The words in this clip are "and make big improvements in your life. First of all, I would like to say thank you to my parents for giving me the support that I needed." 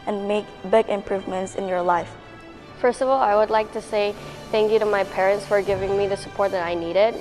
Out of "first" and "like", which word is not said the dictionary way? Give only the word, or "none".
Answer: none